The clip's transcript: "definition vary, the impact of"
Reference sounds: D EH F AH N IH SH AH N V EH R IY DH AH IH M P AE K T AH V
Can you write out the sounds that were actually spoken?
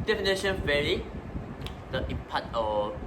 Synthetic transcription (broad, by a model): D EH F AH N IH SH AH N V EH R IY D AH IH P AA T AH